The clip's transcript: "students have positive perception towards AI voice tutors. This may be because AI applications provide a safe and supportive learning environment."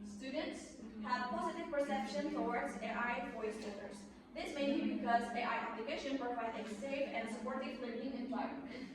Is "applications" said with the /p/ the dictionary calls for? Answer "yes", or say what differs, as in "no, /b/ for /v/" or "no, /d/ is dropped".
no, /b/ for /p/